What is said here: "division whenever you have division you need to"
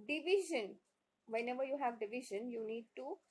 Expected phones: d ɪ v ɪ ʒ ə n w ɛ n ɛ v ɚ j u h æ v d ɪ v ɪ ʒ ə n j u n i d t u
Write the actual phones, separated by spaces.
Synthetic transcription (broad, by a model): d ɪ v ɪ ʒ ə n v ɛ n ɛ v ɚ j u h æ v d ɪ v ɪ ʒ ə n j u n i d t u